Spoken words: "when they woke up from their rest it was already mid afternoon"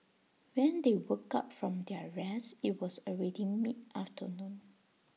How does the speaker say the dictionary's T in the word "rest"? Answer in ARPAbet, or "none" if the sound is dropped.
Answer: none